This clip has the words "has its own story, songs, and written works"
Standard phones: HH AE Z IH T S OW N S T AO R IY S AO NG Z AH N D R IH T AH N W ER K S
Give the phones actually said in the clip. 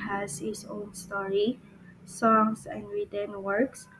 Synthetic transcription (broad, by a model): HH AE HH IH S OW N S T AO R IY S AO NG S AH N D R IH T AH N W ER K S